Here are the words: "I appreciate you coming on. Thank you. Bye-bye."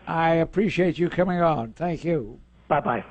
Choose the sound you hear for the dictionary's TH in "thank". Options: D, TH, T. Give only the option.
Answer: TH